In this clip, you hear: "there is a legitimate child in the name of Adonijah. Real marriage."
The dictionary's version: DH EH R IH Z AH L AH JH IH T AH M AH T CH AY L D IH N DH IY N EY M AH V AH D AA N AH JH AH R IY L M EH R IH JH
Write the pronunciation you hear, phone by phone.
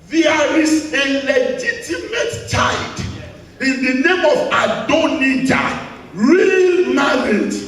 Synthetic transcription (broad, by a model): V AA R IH S AH L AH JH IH T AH M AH T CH AY D IH N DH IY N EY M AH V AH D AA N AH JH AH R IY L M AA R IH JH